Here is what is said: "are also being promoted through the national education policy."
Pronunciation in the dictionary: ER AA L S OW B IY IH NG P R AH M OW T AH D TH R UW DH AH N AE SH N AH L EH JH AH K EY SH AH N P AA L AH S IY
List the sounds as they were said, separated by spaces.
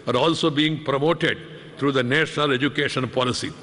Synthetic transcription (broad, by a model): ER AA L S OW B IY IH NG P R AH M OW T AH D T R UW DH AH N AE SH N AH L EH JH AH K EY SH AH N P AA L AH S IY